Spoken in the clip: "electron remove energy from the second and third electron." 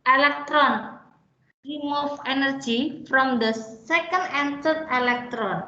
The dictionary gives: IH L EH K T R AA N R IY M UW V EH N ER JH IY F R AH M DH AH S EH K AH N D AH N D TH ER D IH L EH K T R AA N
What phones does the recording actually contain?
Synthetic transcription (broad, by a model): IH L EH K T R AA N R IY M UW F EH N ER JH IY F R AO M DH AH S EH K AH N D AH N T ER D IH L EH K T R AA N